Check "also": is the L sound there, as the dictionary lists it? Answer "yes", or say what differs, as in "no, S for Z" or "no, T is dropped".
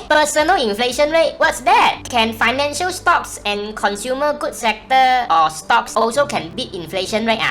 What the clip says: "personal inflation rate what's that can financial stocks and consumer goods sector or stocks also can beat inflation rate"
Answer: yes